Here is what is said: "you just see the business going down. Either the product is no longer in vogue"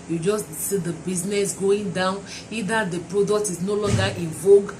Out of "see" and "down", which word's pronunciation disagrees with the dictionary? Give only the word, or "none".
none